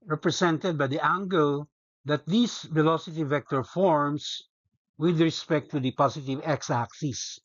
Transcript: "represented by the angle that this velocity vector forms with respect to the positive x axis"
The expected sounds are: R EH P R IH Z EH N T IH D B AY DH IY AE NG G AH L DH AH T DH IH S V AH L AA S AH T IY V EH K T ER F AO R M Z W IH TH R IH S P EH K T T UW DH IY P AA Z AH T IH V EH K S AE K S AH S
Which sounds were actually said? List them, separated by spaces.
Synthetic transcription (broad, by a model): R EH P R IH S EH N T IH D B AY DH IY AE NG G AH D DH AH T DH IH S V AH L AA S AH T IY V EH K T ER F AO R M S W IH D R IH S P EH K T T UW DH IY P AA S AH T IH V EH K S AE K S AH S